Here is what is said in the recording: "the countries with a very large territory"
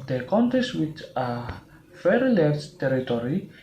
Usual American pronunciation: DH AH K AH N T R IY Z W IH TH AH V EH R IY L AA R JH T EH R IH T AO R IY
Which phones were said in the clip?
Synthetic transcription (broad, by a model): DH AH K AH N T IY S W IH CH AH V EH R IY L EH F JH T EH R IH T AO R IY